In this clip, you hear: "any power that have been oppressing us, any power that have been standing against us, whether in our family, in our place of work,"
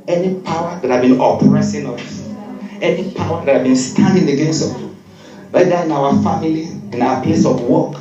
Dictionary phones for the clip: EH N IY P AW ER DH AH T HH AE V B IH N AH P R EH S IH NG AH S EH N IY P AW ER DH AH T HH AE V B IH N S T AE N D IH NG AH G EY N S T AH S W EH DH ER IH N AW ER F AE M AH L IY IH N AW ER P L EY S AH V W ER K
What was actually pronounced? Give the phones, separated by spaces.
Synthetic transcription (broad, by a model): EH N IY P AW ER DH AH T HH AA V B IH N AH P R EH S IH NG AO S EH N IY P AW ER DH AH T HH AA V B IH N S T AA N D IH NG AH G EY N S AO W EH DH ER IH N AW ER F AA M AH L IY IH N AW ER P L EY S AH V W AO K